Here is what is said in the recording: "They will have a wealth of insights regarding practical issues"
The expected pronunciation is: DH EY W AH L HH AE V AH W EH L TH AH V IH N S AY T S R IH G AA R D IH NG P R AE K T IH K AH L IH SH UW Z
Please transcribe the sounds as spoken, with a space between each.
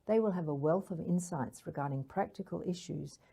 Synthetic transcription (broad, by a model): DH EY W AH L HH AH V AH W EH L TH AH V IH N S AY T S R IH G AA R D IH NG P R AE K T IH K AH L IH SH UW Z